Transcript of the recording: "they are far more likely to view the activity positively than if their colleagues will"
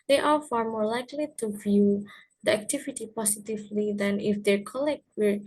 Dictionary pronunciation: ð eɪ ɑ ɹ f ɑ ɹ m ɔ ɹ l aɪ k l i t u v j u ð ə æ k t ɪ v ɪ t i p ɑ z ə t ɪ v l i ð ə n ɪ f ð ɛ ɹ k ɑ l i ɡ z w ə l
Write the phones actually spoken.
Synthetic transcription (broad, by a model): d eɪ ɑ ɹ f ɑ ɹ m ɔ ɹ l aɪ k l i t u v j u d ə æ k t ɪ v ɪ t i p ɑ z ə t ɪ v l i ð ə n ɪ f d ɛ ɹ k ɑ l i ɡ w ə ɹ